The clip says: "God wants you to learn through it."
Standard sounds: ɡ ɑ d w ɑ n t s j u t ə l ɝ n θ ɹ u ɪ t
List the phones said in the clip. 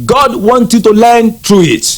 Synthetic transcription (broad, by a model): ɡ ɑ d w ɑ n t j u t ə l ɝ n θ ɹ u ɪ t